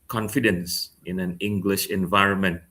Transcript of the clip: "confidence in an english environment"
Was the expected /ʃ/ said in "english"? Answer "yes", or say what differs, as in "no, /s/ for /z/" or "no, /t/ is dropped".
yes